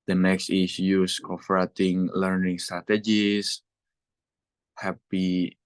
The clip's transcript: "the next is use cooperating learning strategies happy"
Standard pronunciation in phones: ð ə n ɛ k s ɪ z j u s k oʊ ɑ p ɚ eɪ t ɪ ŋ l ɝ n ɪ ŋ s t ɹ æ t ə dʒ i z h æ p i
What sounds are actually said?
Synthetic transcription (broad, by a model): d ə n ɛ k s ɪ s j u s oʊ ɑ f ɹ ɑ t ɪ ŋ l ɝ n ɪ ŋ s t ɹ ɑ t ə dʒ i s h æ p i